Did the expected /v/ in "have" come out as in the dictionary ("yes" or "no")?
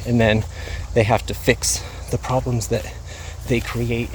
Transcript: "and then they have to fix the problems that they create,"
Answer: no